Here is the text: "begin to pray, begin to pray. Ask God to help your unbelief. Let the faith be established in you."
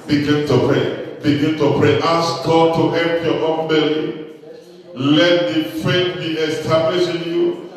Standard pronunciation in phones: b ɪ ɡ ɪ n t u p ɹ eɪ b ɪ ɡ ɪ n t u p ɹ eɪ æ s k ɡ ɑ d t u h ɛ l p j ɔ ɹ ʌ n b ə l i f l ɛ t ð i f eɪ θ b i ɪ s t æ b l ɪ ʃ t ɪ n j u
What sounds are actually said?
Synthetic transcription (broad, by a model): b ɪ ɡ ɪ n t u p ɹ eɪ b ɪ ɡ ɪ n t u p ɹ eɪ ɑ s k ɡ ɑ d t u h ɛ l p j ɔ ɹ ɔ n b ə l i l ɛ t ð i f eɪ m b i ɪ s t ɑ b l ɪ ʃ ɪ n j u